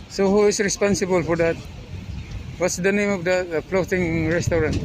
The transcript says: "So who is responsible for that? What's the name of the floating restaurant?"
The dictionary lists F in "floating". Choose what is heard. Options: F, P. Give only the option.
P